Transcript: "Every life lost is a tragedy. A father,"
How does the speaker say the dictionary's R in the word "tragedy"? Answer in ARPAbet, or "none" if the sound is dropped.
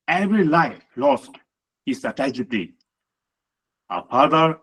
none